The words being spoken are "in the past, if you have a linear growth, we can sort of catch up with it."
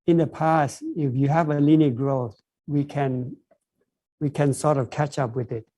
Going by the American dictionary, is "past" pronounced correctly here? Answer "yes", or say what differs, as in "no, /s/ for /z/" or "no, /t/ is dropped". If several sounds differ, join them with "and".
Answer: yes